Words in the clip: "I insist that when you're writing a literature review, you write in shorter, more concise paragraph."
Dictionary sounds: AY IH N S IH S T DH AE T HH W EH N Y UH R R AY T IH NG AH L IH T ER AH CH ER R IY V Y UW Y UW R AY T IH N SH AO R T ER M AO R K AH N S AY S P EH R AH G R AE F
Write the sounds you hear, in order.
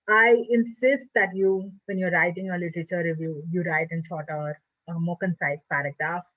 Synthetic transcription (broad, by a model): AY IH N S IH S T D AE T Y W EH N Y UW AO R AY T IH NG AH L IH T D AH CH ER R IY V Y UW Y UW R AY T IH N S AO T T M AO K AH N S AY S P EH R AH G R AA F